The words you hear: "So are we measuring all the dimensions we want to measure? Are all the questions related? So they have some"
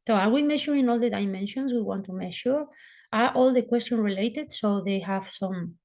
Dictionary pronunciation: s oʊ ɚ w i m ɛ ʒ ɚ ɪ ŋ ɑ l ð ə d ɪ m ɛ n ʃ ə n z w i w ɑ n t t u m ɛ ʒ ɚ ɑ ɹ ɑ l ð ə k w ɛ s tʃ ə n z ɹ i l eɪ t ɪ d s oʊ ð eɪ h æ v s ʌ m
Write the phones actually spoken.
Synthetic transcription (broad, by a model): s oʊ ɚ w i m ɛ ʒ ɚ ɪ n ɑ l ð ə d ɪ m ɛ n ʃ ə n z w i w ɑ n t t u m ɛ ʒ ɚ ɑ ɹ ɑ l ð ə k w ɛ s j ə n ɹ i l eɪ t ɪ d s oʊ ð eɪ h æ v s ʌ m